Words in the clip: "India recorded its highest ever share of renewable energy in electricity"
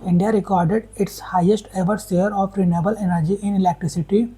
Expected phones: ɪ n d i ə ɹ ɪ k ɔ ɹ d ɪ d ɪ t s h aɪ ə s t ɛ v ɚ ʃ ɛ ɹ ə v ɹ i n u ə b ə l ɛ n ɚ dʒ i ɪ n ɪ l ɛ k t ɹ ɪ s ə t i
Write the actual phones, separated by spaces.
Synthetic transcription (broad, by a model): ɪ n d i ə ɹ ɪ k ɔ ɹ d ɪ d ɪ t s h aɪ ə s t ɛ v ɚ s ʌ ɹ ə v ɹ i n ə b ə l ɛ n ɚ dʒ i ɪ n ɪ l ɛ k t ɹ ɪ s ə t i